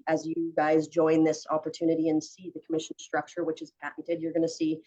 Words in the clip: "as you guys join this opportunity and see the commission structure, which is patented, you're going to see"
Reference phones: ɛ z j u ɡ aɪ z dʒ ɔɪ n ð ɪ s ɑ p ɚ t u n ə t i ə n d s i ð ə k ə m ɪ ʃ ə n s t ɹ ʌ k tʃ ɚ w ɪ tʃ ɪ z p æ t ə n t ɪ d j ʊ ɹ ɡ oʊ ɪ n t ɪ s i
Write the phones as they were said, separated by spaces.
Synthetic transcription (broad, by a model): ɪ z j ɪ ɡ aɪ z dʒ ɔɪ n ð ɪ s ɑ p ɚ t u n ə t i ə n s i ð ə k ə m ɪ ʃ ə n s t ɹ ʌ k tʃ ɚ w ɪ tʃ ɪ z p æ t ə t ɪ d j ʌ ɹ ɡ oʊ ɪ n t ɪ s i